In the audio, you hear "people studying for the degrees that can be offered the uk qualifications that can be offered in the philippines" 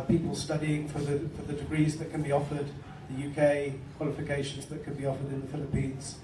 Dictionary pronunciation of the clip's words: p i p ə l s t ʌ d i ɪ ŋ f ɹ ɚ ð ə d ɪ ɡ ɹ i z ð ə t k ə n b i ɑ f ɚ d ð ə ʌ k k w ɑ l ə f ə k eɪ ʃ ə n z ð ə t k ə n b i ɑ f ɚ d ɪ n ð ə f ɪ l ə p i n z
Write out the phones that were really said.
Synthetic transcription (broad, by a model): p i p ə l s t ʌ d i ɪ ŋ f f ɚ ð ə d ɪ ɡ ɹ i z ð ə t k ə n b i ɑ f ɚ d ð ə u k k w ɑ l ə f ə k eɪ ʃ ə n z ð ə t k ə n b i ɑ f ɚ d ɪ n ð ə f ɪ l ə p i n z